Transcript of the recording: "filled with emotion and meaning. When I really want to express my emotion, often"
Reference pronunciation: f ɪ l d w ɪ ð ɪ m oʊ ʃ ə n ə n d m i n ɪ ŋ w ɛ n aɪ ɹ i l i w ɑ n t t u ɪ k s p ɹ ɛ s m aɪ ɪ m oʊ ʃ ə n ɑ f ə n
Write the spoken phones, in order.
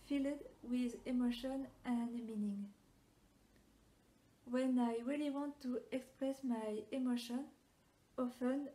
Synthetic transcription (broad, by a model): f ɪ l d w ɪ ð ɪ m oʊ ʃ ə n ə n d m i n ɪ ŋ w ɛ n aɪ ɹ i l i w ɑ n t t u ɪ k s p ɹ ɛ s m aɪ ɪ m oʊ ʃ ə n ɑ f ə n